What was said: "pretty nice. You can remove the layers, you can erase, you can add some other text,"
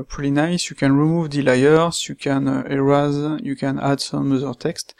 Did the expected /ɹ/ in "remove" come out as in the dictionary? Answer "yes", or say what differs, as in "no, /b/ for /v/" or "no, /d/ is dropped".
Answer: yes